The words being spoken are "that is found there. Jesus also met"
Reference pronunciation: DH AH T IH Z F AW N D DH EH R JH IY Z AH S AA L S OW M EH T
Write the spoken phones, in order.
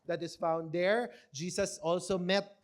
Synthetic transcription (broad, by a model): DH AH T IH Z F AW N D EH R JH IY S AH S AA L S OW M EH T